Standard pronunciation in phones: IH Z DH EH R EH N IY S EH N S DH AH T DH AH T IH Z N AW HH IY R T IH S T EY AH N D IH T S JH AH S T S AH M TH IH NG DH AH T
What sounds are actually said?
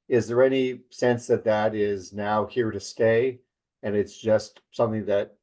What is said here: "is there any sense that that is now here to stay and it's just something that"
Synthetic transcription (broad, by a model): IH Z DH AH R EH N IY S EH N S DH AH T DH AH T IH Z N AW HH IY R T IH S T EY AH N IH T S JH AH S T S AH M TH IH NG DH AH T